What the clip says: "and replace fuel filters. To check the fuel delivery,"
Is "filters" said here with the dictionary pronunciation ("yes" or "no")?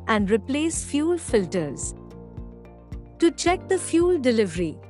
yes